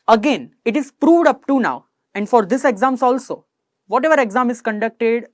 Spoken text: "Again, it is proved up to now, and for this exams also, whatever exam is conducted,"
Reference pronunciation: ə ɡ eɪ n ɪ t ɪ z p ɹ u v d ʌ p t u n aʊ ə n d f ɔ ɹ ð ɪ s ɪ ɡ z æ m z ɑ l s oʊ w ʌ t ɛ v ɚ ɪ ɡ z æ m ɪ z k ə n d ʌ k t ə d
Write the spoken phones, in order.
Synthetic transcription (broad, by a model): ə ɡ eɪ n ɪ t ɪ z p ɹ u v d ʌ p t u n aʊ ə n d f ɔ ɹ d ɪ s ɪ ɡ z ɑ m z ɑ l s oʊ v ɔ t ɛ v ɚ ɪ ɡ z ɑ m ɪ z k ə n d ʌ k t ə d